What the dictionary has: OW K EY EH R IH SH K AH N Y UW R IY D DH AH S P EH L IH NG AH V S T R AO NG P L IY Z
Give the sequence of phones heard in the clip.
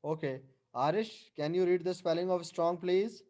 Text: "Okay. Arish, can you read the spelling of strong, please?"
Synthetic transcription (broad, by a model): OW K EY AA R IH SH K AH N Y UW R IY D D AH S P EH L IH NG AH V S T R AO NG P L IY Z